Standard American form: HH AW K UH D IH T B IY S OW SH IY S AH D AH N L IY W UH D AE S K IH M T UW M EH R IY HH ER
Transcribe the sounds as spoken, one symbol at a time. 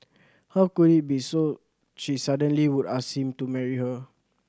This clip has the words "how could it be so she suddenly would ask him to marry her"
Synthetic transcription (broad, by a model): HH AW K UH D IH T B IY S OW SH IY S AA D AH N L IY W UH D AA S IH M T UW M EH R IY HH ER